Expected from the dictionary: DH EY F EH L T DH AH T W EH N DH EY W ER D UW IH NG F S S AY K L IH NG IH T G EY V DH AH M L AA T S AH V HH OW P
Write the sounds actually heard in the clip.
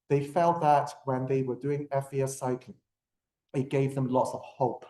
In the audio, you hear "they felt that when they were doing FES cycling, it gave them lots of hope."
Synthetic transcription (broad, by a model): DH EY F EH L T DH AH T W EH N DH EY W ER D UW IH NG F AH S AY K IH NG IH T G EY V DH AH M L AA T S AH V HH OW P